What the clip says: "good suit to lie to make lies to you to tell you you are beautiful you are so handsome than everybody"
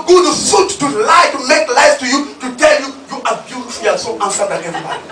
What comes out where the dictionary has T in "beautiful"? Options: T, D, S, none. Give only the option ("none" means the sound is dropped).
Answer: S